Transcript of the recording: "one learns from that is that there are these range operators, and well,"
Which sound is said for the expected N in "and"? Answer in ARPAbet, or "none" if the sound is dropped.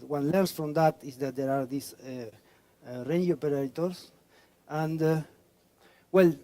N